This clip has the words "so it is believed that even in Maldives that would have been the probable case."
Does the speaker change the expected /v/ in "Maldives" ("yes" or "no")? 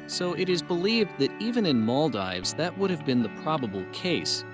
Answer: no